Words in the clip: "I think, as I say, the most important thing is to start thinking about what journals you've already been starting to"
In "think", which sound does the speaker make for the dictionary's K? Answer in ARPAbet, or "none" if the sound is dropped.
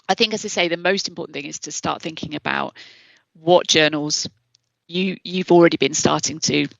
K